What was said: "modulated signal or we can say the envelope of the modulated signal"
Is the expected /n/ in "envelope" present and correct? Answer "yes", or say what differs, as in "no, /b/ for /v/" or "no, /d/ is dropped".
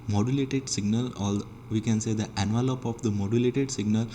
yes